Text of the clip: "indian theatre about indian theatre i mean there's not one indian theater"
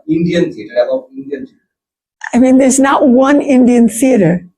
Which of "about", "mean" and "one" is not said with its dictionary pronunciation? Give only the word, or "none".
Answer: about